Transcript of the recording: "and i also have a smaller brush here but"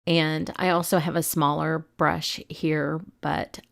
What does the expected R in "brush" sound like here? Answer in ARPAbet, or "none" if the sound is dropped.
R